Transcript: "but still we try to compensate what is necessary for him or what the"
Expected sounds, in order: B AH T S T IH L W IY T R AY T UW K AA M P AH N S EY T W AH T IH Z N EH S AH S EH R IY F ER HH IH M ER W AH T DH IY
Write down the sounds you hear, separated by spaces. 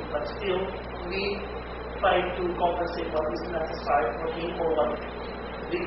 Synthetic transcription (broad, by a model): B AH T S T IH L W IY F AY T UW K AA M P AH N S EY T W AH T IH Z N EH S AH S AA IY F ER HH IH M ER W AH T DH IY